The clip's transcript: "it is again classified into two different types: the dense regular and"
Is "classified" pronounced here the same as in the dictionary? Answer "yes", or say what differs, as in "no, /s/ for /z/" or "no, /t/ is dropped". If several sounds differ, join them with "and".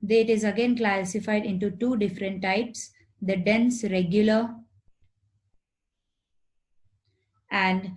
yes